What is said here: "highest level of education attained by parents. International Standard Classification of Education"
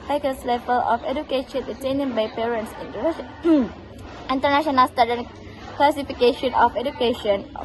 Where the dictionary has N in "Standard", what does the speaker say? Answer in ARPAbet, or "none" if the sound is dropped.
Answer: none